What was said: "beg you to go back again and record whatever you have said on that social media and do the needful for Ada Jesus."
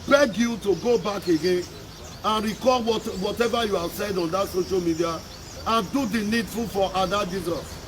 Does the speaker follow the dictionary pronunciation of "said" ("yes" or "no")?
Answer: yes